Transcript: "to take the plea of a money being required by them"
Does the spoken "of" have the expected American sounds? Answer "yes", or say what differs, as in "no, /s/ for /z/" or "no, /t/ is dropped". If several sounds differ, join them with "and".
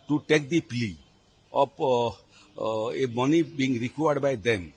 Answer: no, /p/ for /v/